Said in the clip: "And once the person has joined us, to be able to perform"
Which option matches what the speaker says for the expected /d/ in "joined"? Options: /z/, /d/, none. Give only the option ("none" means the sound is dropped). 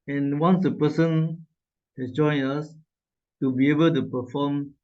none